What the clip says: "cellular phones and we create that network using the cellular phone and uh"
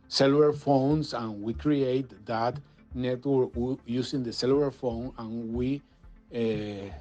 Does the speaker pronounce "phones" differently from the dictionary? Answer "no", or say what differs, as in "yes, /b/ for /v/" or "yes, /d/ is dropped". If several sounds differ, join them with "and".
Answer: yes, /s/ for /z/